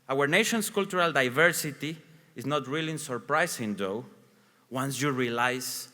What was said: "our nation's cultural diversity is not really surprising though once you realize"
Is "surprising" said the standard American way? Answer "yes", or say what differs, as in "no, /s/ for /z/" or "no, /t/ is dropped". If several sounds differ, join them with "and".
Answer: no, /s/ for /z/